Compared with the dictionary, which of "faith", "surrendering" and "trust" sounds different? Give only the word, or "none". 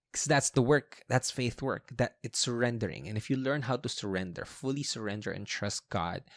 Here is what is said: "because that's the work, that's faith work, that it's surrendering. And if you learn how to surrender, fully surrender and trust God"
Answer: none